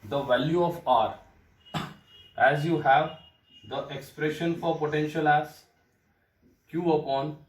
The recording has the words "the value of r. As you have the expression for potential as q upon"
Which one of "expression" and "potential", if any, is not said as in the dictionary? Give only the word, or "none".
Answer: none